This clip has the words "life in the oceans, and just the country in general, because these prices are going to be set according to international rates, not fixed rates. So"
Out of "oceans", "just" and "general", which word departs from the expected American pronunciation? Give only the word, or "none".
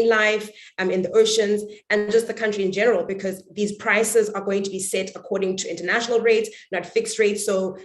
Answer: none